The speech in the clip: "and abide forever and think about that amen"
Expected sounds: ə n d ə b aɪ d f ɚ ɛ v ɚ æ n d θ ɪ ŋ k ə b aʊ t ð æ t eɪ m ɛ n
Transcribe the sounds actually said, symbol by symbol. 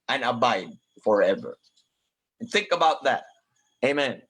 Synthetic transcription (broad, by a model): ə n ə b aɪ d f ɚ ɛ v ɚ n θ ɪ ŋ k ə b aʊ t ð æ t eɪ m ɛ n